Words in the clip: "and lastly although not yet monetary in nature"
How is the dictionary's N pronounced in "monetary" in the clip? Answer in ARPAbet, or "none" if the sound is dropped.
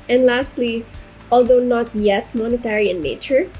N